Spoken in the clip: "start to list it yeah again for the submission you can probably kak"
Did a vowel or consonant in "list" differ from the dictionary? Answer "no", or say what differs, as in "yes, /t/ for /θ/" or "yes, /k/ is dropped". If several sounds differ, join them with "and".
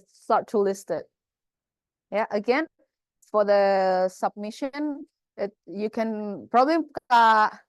no